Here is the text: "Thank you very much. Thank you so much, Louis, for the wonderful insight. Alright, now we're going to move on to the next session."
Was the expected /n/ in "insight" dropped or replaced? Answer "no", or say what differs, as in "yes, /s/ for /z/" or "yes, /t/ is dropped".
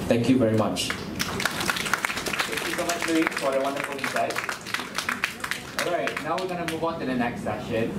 yes, /n/ is dropped